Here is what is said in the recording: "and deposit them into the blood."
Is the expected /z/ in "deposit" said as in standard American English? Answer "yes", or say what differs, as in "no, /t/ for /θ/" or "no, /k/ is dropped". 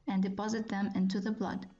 yes